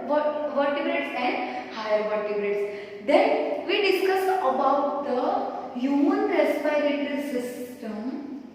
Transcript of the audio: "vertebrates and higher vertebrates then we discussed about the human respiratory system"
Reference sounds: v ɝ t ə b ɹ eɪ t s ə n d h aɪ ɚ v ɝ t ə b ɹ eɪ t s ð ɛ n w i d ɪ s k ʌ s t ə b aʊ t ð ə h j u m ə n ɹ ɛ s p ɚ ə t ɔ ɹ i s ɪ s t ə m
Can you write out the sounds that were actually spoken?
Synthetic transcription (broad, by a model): v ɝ t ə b ɹ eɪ t s ə n d h aɪ ɚ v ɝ t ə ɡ ɹ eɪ t s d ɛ n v i d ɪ s k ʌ s ə b aʊ t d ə h j u m ə n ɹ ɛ s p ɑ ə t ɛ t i s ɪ s t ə m